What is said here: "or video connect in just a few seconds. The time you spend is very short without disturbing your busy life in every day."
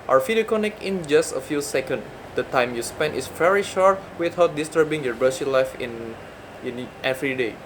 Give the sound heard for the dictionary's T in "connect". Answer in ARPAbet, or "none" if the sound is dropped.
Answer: none